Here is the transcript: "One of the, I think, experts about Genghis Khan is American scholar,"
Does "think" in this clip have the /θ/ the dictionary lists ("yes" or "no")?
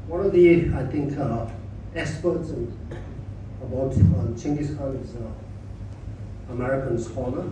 no